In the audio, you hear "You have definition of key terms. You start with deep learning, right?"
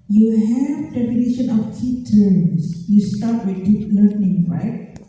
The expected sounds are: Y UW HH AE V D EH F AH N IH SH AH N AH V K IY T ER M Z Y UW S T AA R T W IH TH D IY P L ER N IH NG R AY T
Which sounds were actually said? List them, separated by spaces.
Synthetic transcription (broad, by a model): Y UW HH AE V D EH P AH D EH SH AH N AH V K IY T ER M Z Y UW S T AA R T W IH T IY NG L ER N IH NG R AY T